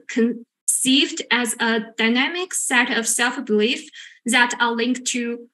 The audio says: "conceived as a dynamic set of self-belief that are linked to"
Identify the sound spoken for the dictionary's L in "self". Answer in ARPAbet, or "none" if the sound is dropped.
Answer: L